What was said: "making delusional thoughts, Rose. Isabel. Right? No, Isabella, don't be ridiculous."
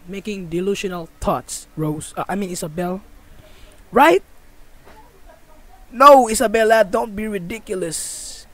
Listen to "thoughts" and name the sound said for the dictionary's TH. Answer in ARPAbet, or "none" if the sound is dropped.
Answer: T